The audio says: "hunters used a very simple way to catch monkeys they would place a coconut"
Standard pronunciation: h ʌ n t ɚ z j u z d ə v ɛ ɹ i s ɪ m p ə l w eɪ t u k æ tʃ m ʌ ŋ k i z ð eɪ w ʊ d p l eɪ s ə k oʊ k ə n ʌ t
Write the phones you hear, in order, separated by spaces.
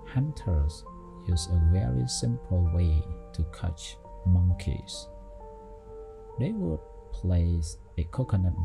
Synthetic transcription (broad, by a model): h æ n t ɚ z j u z ə v ɛ ɹ i s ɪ m p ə l w eɪ t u k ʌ tʃ m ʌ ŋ k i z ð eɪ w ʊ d p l eɪ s ə k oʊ k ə n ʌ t